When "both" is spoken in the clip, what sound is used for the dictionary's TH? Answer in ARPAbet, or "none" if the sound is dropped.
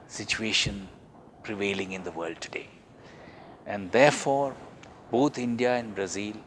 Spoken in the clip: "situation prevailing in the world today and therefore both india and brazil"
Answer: T